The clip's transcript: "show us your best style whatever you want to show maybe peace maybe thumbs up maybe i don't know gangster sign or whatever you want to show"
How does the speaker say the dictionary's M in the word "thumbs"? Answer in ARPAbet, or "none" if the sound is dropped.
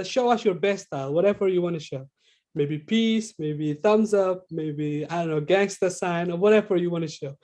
M